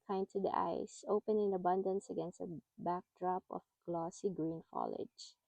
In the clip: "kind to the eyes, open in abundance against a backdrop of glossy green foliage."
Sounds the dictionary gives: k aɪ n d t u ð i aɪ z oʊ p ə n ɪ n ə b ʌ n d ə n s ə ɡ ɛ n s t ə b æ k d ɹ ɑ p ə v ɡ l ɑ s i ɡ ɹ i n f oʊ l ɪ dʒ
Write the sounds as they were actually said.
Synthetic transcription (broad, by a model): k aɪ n t u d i aɪ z oʊ p ə n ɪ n ə b ʌ n d ə n s ə ɡ ɛ n s t ə b æ k d ɹ ɑ p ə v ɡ l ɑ s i ɡ ɹ i n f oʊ l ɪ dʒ